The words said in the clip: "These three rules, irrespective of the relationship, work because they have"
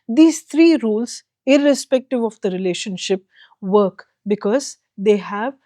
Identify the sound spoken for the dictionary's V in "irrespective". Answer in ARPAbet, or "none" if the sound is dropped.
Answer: V